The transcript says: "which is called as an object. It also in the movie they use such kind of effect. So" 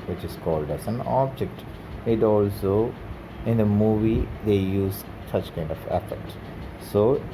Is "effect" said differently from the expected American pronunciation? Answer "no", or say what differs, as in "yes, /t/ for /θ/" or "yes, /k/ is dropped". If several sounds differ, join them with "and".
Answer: yes, /k/ is dropped